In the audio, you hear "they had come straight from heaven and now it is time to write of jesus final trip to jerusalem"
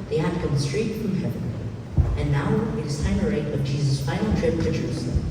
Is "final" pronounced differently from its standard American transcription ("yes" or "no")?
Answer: yes